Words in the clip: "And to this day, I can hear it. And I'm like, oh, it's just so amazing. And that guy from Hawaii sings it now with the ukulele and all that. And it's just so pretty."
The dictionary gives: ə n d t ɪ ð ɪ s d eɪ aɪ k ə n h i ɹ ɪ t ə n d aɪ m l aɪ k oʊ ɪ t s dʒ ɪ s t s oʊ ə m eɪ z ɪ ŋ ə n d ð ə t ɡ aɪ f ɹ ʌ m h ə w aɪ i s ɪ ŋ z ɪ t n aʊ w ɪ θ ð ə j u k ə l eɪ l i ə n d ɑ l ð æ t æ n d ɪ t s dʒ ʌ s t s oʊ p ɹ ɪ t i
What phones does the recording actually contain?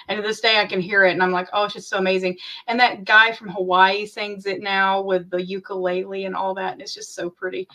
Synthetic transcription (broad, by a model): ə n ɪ ð ɪ s d eɪ aɪ k ə n h i ɹ ɪ t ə n aɪ m l aɪ k oʊ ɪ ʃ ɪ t s oʊ ə m eɪ z ɪ ŋ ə n ð ə t ɡ aɪ f ɹ ʌ m h ə w aɪ i s ɪ ŋ z ɪ t n aʊ w ɪ ð ə j u k ə l eɪ l i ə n ɑ l ð æ t n ɪ t s dʒ ʌ s t s oʊ p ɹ ɪ t i